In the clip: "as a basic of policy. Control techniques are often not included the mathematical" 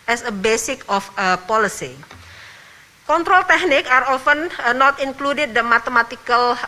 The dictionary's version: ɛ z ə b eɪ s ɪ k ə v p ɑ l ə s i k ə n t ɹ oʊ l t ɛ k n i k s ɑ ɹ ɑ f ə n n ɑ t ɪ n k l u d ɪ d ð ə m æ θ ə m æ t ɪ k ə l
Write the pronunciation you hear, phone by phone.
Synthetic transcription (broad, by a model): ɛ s ə b eɪ s ɪ k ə f p ɑ l ə s i k ə n t ɹ oʊ l t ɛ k n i k ɑ ɹ ɑ f ə n n ɑ t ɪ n k l u d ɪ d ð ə m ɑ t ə m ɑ t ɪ k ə l